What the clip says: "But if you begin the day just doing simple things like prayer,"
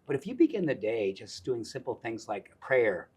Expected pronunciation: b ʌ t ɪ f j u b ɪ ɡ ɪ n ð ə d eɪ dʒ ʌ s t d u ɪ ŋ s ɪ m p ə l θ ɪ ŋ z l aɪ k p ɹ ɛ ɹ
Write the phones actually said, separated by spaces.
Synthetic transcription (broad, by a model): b ʌ t ɪ f j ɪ b ɪ ɡ ɪ n ð ə d eɪ dʒ ʌ s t d u ɪ ŋ s ɪ m p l θ ɪ ŋ z l aɪ k p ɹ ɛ ɹ